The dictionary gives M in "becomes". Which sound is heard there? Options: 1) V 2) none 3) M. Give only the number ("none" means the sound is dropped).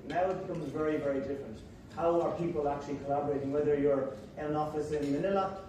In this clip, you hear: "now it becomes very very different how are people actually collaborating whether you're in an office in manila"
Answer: 3